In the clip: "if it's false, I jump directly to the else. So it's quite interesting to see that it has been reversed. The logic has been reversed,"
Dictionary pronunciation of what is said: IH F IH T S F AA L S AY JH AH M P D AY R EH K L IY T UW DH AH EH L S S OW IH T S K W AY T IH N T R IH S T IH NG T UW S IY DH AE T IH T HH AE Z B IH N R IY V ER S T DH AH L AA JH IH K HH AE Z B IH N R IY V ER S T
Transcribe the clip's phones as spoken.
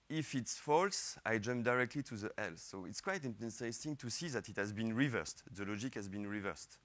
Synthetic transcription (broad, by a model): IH F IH T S F AA L S AY JH AH M P D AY R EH K L IY T UW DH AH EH L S S OW IH T S K W AY T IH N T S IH S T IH NG T UW S IY DH AE T IH T HH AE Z B IH N R IY V ER S T DH AH L AA JH IH K HH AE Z B IH N R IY V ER S T